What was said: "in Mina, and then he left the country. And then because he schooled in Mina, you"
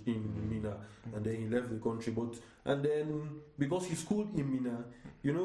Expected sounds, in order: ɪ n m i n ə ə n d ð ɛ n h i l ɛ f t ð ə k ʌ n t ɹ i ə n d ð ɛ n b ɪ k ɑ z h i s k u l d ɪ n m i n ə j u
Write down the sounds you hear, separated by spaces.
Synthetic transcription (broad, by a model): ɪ n m i n ə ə n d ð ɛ n h i l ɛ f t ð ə k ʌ n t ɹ i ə n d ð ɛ n b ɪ k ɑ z h i s k u l d ɪ n m i n ə j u